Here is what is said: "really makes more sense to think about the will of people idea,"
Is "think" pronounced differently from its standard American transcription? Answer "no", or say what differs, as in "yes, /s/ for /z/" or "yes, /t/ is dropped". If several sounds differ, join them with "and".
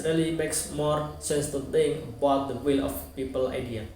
yes, /t/ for /θ/ and /k/ is dropped